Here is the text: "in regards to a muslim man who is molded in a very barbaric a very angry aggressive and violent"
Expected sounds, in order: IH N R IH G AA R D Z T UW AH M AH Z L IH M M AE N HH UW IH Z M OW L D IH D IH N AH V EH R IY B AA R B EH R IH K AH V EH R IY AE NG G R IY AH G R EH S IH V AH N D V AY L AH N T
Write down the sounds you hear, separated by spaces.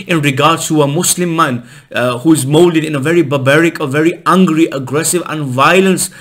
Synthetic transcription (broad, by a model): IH N R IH G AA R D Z T UW AH M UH S L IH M M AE N HH UW IH Z M OW L D IH D IH N AH V EH R IY B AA B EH R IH K AH V EH R IY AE NG G R IY AH G R EH S IH V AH N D V AY L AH N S